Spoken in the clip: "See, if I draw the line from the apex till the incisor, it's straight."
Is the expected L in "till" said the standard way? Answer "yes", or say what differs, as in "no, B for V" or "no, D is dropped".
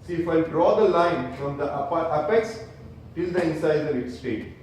yes